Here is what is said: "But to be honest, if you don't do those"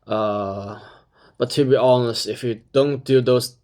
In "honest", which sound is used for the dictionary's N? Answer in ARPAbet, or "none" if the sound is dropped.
N